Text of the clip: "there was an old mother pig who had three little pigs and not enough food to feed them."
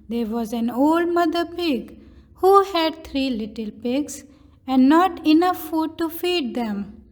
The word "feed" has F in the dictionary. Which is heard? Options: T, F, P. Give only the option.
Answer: F